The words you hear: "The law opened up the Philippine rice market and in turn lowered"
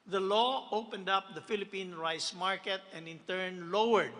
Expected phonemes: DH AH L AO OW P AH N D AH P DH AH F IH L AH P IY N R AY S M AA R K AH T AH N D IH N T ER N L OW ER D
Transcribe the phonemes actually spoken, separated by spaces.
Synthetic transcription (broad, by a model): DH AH L AO OW P AH N D AH P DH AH F IH L AH P IY N R AY S M AA R K AH T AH N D IH N T ER N L OW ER D